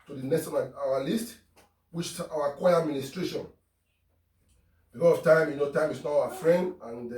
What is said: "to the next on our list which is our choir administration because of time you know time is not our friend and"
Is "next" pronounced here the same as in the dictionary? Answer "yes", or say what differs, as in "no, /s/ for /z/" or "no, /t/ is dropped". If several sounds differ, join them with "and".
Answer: no, /k/ is dropped